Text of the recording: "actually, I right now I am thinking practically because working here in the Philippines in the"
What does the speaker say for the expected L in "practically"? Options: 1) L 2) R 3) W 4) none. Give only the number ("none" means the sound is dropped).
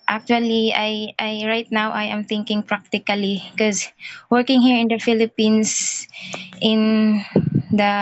4